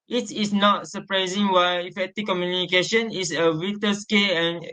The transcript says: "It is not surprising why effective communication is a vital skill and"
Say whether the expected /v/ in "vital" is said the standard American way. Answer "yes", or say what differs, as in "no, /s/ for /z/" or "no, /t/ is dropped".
no, /w/ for /v/